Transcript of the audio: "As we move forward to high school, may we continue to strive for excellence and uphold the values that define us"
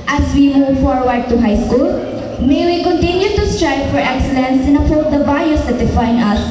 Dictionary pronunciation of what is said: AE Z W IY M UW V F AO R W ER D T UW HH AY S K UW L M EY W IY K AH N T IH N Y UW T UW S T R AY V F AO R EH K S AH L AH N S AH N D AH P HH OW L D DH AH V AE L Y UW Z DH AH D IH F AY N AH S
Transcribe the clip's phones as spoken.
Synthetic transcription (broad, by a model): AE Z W IY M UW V F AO R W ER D T UW HH AY S K UW L M EY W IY K AH N T IH N Y UW T UW S T R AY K F AO R EH K S AH L AH N S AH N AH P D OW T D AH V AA Y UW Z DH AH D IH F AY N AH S